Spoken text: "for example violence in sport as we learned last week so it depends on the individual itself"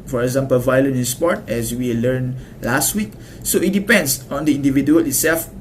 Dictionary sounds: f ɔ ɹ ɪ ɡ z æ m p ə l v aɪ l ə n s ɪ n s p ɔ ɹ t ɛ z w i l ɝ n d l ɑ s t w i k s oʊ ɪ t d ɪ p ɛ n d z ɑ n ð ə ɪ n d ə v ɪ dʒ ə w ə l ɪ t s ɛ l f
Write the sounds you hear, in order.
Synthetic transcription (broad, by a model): f ɔ ɹ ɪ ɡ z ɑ m p ə l v aɪ l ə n ɪ n s p ɔ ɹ t ɛ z w i l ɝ n l ɑ s t w i k s oʊ ɪ t d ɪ p ɛ n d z ɑ n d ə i n d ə v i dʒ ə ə l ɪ t s ɛ l f